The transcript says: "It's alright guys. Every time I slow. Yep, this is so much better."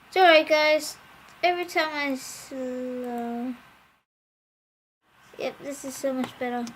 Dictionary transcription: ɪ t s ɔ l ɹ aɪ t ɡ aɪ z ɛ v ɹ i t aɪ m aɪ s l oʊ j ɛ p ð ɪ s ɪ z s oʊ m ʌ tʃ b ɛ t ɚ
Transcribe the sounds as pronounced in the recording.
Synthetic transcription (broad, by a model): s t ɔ ɹ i ɡ aɪ z ɛ v ɹ i t aɪ m aɪ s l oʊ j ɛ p ð ɪ s ɪ z s oʊ m ʌ tʃ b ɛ t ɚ